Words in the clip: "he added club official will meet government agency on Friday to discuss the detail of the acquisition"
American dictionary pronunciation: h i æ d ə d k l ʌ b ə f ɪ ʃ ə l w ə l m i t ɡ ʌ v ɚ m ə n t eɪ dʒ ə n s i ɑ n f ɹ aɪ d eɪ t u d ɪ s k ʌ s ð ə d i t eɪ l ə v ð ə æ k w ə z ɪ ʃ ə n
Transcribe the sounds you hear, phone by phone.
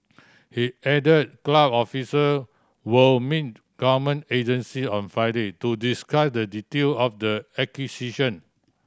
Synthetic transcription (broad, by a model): h i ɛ d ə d k l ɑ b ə f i s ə w ə l m i t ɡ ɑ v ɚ m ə n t eɪ dʒ ə n s i ɑ n f ɹ aɪ d eɪ t u d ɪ s k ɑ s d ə d i t eɪ l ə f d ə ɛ k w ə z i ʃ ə n